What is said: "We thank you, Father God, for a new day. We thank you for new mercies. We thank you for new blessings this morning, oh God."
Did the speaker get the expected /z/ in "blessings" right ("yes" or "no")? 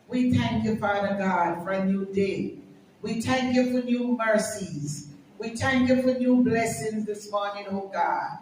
yes